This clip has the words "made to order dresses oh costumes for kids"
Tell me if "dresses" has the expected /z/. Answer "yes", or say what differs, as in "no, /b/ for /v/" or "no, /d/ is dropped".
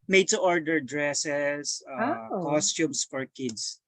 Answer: no, /s/ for /z/